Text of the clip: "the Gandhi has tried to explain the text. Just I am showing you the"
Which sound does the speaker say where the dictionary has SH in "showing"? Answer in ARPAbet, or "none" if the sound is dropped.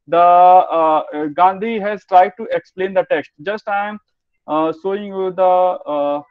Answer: S